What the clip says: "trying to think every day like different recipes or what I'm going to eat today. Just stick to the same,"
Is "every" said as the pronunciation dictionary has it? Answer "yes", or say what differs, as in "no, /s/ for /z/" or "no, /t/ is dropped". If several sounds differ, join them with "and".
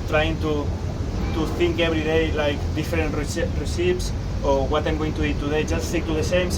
no, /b/ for /v/